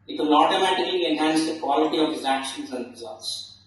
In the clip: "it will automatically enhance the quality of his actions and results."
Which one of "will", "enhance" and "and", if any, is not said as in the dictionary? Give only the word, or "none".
will